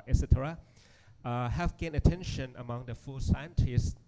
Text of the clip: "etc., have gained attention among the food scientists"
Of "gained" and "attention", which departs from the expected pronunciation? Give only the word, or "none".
gained